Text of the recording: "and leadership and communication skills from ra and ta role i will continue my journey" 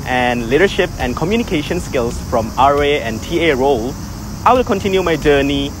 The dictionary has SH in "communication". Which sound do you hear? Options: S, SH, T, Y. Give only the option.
SH